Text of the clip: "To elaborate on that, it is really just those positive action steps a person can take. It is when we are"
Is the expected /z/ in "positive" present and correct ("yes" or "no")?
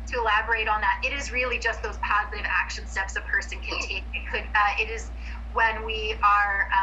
yes